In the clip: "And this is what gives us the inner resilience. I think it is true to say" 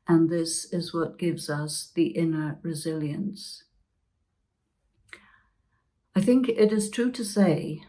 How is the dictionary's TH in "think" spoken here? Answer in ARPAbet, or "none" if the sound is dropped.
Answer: TH